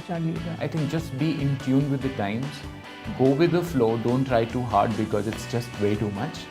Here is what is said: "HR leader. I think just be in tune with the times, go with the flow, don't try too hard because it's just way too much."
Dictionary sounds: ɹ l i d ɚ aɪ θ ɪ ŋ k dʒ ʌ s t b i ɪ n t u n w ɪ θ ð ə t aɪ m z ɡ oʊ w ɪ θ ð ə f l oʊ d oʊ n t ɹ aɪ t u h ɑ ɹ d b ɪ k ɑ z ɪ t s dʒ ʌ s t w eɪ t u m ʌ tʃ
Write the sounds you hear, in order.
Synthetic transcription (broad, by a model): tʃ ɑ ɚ aɪ t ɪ ŋ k dʒ ʌ s t b i ɪ n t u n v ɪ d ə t aɪ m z ɡ oʊ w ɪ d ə f l oʊ d oʊ n t ɹ aɪ t u h ɑ ɹ d b ɪ k ɑ z ɪ t s dʒ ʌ s t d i t u m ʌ tʃ